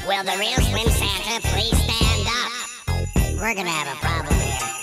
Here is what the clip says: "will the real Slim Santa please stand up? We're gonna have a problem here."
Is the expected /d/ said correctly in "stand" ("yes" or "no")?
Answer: yes